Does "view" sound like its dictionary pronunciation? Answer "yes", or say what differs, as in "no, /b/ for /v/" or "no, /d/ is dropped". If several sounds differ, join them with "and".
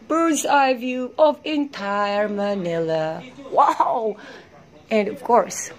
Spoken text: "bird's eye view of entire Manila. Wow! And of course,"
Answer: yes